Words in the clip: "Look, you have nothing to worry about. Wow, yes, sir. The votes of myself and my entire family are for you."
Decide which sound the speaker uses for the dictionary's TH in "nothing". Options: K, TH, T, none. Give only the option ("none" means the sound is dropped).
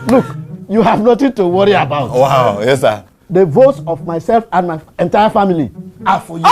T